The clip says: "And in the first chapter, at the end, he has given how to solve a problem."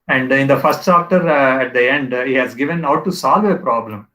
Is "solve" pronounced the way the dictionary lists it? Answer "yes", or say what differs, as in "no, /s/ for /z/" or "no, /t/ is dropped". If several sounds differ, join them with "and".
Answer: yes